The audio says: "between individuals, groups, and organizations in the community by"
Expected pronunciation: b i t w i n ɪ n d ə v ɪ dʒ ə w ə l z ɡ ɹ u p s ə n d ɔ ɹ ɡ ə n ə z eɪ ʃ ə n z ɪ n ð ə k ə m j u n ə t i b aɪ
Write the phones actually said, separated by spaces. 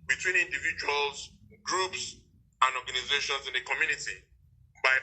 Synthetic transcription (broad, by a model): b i t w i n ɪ n d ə v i dʒ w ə l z ɡ ɹ u p s ə n d ɔ ɡ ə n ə z eɪ ʃ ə n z ɪ n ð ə k ə m j u n ə t i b aɪ